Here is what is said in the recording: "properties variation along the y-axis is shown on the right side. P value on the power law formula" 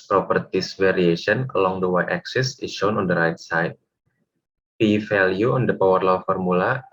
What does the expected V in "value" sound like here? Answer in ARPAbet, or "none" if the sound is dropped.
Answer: F